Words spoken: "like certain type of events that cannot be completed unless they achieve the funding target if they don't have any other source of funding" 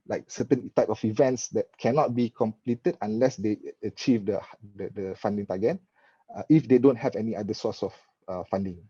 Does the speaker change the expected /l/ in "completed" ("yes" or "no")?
no